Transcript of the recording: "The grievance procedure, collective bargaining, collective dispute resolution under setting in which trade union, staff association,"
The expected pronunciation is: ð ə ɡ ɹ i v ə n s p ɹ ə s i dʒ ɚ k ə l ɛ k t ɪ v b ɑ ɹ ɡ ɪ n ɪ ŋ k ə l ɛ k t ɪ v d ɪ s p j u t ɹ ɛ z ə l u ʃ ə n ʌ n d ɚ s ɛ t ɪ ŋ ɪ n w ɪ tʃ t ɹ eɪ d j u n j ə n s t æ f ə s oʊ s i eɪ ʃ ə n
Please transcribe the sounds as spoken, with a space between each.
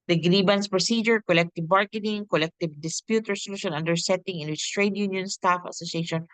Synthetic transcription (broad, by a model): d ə ɡ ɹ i b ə n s p ɹ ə s i dʒ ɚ k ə l ɛ k t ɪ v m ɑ ɹ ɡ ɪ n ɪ ŋ k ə l ɛ k t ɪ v d ɪ s p j u t ɹ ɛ s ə l u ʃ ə n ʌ n d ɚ s ɛ t ɪ ŋ ɪ n w ɪ tʃ t ɹ eɪ d j u n j ə n s t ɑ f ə s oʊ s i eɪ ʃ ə n